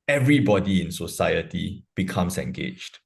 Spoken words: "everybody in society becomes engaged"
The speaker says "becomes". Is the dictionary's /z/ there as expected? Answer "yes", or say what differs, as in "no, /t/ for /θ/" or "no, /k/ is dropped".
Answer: no, /s/ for /z/